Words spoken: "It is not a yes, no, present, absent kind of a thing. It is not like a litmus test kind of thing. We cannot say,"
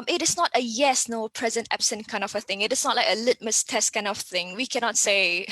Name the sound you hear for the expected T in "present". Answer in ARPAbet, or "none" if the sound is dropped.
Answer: T